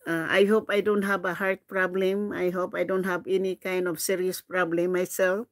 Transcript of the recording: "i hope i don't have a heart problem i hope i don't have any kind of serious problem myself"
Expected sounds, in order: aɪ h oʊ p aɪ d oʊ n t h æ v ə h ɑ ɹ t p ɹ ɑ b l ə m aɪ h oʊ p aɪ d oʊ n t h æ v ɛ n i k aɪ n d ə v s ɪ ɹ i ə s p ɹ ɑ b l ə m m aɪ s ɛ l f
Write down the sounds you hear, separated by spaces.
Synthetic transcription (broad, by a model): aɪ h oʊ p aɪ d oʊ n t h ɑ b ə h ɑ ɹ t p ɹ ɑ b l ə m aɪ h oʊ p aɪ d oʊ n t h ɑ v ɛ n i k aɪ n d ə p s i ɹ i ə s p ɹ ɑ b l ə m m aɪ s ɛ l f